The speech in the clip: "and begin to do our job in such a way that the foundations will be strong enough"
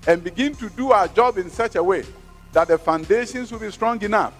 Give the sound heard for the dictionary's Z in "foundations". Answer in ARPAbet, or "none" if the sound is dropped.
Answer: S